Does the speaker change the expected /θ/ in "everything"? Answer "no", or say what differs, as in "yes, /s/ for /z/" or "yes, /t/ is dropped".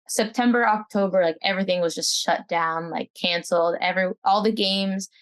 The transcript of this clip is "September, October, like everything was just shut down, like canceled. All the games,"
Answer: no